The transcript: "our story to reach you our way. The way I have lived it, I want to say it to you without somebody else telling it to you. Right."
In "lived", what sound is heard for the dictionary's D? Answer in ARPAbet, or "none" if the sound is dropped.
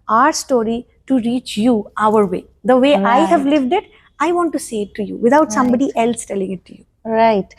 D